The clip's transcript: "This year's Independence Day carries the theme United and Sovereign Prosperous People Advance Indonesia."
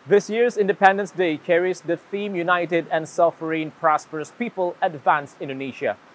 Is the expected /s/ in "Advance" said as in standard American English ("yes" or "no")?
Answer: yes